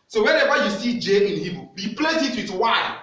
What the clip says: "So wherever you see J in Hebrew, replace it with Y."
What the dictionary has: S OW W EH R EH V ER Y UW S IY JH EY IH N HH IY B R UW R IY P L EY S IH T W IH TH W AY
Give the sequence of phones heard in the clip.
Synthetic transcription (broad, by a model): S OW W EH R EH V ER Y UW S IY JH EY IH N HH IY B UW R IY P L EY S IH T W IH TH W AY